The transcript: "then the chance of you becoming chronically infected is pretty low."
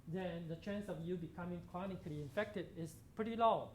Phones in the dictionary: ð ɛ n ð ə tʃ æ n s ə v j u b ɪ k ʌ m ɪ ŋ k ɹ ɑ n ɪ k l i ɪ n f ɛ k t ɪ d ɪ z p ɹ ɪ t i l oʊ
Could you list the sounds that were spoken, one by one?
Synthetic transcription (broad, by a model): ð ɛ n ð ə tʃ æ n s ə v j u b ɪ k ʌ m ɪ ŋ k ɹ ɑ n ɪ k l i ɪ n f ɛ k t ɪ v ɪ s p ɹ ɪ t i l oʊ